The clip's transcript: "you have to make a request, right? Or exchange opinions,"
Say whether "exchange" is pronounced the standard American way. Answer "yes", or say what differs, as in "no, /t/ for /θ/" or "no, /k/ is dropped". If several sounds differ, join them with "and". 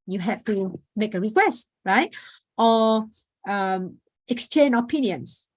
no, /dʒ/ is dropped